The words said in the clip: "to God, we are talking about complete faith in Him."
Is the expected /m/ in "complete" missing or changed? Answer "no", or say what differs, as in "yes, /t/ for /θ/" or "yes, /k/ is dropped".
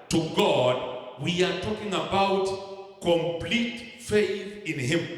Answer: no